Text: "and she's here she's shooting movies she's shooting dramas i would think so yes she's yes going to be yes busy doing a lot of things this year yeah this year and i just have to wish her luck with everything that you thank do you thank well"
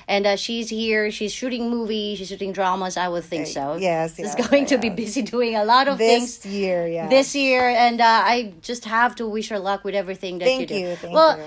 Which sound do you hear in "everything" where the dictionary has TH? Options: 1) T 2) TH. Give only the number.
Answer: 2